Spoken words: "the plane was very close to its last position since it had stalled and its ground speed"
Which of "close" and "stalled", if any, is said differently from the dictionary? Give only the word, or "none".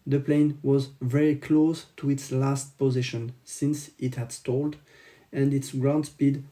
none